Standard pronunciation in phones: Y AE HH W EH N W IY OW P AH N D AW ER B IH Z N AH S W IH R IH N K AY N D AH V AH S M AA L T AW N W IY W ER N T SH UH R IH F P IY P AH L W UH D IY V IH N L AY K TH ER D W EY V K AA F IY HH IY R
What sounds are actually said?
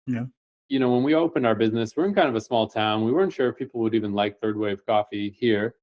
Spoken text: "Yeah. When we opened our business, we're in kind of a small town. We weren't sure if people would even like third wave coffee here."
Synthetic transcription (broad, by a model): Y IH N W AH N W IY OW P AH N D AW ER B IH Z N AH S W IH R IH N K AY N D AH V AH S M AA L T AW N W IY W ER N T SH UH R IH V P IY P L W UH D IY V IH N L AY K TH ER D W EY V K AA F IY HH IY R